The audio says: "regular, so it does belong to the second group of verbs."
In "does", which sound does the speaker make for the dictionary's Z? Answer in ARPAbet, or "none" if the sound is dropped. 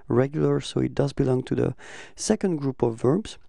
Z